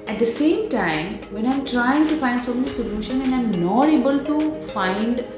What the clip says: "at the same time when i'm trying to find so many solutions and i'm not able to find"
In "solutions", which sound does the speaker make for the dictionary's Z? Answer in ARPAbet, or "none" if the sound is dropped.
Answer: none